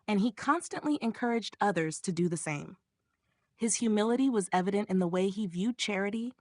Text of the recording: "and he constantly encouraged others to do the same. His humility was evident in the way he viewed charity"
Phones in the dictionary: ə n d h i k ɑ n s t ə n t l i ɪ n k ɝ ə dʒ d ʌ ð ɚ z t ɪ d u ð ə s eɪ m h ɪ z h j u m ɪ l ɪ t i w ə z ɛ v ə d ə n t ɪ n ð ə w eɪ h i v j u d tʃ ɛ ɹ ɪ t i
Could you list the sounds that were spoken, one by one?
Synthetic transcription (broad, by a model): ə n i k ɑ n s t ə n t l i ɪ n k ɝ ə dʒ d ʌ ð ɚ z t ɪ d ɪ ð ə s eɪ m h ɪ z h j u m ɪ l ɪ t i w ə z ɛ v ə d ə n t ɪ n ð ə w eɪ i v j u d tʃ ɛ ɹ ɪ t i